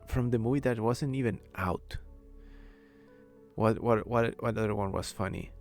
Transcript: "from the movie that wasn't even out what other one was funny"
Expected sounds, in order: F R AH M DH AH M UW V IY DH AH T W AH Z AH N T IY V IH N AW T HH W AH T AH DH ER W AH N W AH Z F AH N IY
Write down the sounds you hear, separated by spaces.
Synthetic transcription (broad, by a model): F R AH M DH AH M UW V IY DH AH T W AH Z AH N T IY V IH N AW T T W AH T AH DH ER W AH N W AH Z F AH N IY